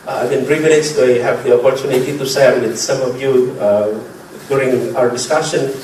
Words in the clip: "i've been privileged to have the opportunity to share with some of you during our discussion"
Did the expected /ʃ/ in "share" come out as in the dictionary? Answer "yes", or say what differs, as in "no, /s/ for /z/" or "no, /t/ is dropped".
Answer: no, /s/ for /ʃ/